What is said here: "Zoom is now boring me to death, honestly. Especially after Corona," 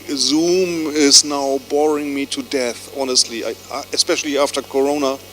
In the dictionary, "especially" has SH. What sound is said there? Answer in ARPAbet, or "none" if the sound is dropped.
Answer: SH